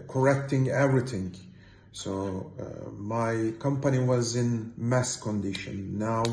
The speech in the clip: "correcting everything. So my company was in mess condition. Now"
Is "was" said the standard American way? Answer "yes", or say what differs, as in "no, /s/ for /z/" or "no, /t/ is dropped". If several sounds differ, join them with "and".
yes